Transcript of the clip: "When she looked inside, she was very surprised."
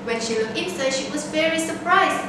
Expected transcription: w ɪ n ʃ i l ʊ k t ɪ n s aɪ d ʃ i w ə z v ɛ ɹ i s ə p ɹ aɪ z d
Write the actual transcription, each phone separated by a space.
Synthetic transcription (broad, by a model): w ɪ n ʃ i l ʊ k ɪ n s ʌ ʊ ʃ i w ə z v ɛ ɹ i s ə p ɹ aɪ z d